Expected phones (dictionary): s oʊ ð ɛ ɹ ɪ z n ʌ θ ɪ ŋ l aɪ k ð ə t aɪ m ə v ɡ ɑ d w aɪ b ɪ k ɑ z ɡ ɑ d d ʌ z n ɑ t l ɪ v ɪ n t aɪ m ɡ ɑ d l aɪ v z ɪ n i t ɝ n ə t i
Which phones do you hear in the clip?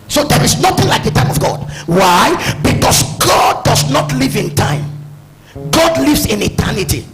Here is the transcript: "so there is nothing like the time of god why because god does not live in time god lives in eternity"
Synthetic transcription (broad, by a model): s oʊ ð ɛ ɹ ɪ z n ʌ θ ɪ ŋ l aɪ k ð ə t aɪ m ə v ɡ ɑ d w aɪ b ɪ k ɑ s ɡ ɑ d d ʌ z n ɑ t l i v ɪ n t aɪ m ɡ ɑ d l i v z ɪ n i t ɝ n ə t i